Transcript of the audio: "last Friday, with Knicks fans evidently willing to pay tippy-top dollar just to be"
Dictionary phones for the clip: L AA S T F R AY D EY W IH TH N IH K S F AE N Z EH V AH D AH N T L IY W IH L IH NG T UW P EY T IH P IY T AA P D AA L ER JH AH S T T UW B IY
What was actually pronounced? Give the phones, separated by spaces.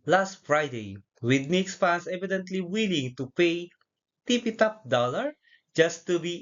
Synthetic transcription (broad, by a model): L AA S T F R AY D EY W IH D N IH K S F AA N S EH V AH D AH N T L IY W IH L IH NG T UW P EY T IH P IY T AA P D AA L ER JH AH S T T UW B IY